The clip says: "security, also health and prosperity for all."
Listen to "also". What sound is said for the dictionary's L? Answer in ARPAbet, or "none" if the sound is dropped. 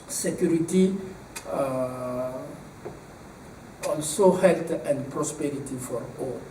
N